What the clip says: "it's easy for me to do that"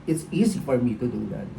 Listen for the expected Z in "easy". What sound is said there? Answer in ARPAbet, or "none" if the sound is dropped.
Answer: Z